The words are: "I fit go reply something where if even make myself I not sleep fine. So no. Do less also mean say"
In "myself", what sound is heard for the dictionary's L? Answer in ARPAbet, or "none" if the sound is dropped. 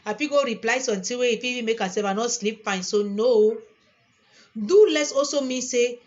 none